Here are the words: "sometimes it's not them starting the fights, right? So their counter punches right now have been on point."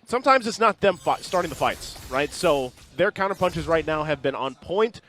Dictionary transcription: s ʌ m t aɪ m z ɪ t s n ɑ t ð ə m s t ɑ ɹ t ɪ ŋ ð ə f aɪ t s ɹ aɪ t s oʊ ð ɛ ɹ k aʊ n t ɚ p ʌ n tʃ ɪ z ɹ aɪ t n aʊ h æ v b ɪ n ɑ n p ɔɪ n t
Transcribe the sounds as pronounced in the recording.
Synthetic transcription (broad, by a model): s ʌ m t aɪ m z ɪ t s n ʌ t ð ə m s t ɑ ɹ t ɪ ŋ ð ə f aɪ t s ɹ aɪ t s oʊ ð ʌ ɹ k aʊ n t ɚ p ʌ n tʃ ɪ z ɹ aɪ t n aʊ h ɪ v b ɪ n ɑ n p ɔɪ n t